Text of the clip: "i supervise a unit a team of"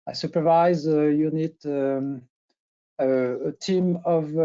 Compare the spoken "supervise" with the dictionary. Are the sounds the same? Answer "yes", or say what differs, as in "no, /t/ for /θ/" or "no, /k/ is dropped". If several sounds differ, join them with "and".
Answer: yes